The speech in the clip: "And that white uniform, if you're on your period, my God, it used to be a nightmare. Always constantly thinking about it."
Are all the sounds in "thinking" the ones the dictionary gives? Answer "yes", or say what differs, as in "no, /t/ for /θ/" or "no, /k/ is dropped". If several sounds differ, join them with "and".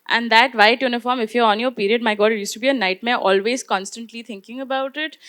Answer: no, /t/ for /θ/